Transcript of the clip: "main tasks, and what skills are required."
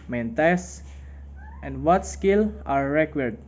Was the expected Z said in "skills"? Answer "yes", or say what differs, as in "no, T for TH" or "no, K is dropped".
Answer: no, Z is dropped